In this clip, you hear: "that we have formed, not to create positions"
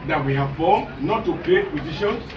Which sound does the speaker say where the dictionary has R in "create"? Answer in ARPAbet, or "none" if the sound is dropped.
L